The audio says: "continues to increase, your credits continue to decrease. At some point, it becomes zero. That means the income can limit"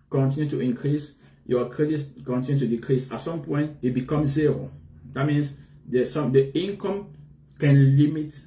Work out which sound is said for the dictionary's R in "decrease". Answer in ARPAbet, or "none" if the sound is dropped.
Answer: R